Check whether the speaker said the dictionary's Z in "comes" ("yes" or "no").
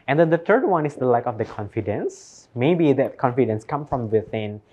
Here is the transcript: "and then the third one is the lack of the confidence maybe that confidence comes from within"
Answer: no